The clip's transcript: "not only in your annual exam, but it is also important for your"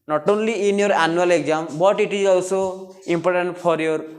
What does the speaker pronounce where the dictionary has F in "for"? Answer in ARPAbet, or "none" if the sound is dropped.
P